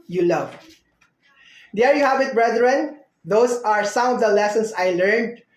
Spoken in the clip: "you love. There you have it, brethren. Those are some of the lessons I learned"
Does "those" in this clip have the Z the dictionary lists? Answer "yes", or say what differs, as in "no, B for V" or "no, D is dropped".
no, S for Z